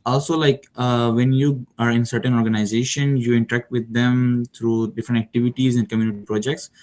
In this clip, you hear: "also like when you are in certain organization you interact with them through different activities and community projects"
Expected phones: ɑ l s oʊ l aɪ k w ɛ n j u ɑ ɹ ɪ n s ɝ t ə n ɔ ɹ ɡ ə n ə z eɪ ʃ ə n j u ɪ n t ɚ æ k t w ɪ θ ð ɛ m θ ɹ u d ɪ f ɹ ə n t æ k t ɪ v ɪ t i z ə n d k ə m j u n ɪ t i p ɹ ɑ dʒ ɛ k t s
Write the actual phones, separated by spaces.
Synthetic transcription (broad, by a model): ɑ l s oʊ l aɪ k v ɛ n j u ɑ ɹ ɪ n s ɝ t ə n ɔ ɹ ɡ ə n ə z eɪ ʃ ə n j u ɪ n t ɚ æ k t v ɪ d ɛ m t ɹ u d ɪ f ɹ ə n t æ k t ɪ v ɪ t i z ə n d k ə m j u n ɪ t i p ɹ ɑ dʒ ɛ k t s